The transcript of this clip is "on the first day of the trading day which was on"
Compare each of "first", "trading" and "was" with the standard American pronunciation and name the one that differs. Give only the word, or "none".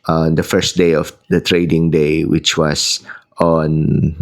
was